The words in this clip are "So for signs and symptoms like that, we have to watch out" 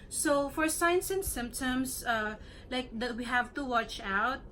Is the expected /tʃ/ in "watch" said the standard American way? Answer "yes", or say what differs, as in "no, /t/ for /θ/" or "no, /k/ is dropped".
yes